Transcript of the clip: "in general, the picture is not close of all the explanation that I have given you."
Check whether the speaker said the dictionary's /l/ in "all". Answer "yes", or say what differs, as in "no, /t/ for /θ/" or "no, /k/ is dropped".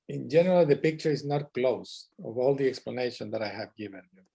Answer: yes